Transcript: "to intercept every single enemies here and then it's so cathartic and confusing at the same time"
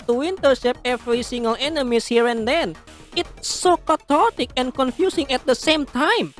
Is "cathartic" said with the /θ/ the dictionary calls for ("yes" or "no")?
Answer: no